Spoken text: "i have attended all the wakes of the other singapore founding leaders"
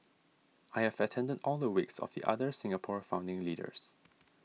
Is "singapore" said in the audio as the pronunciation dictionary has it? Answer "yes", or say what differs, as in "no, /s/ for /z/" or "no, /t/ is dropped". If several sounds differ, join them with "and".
yes